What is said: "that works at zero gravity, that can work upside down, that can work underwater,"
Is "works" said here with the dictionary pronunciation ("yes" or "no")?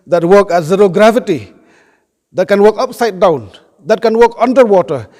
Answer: no